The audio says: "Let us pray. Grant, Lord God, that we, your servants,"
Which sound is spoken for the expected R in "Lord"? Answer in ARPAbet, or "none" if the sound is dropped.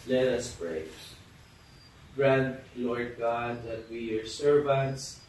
R